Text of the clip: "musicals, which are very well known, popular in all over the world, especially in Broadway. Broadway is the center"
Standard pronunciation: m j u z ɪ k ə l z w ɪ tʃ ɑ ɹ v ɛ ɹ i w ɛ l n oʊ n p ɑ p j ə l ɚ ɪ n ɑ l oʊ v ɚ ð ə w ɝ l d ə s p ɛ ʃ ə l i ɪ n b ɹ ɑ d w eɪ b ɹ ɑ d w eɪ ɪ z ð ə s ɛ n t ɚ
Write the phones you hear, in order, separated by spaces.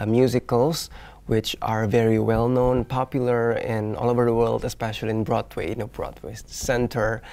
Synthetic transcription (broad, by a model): m j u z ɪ k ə l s w ɪ tʃ ɑ ɹ v ɛ ɹ i w ɛ l n oʊ n p ɑ p j ə l ɚ ɪ n ɑ l oʊ v ɚ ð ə w ɝ l d ə s p ɛ ʃ ə l i ɪ n b ɹ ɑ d w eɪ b ɹ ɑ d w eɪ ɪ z s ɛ n t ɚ